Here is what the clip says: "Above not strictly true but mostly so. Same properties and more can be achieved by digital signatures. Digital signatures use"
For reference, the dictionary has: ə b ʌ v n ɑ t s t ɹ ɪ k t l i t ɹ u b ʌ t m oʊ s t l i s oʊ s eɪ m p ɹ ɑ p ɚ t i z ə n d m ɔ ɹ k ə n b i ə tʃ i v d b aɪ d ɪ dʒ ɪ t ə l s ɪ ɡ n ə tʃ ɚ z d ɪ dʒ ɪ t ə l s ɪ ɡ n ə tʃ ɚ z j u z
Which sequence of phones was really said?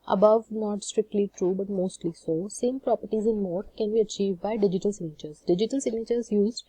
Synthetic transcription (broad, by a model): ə b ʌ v n ɑ t s t ɹ ɪ k t l i t ɹ u b ʌ t m oʊ s t l i s oʊ s eɪ m p ɹ ɑ p ɚ t i z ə n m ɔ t k ə n b i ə tʃ i v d b aɪ d ɪ dʒ ɪ t ə l s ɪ ɡ n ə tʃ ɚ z d ɪ dʒ ɪ t ə l s ɪ ɡ n ə tʃ ɚ z j u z